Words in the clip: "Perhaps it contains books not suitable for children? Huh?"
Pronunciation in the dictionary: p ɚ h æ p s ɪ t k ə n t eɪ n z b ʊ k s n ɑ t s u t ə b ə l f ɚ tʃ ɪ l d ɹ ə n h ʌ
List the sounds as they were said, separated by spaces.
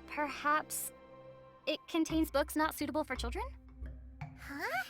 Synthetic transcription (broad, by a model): p ɚ h æ p s ɪ t k ə n t eɪ n z b ʊ k s n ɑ t s u t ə b l f ɚ tʃ ɪ l d ɹ ə n h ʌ